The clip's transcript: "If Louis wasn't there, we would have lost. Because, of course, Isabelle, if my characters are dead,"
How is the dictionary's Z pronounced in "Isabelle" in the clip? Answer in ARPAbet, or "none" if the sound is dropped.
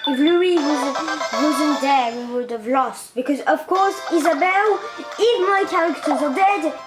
Z